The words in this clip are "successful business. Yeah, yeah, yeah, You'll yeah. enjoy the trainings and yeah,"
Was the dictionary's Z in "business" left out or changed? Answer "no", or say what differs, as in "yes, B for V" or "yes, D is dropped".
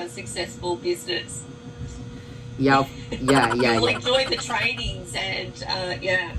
no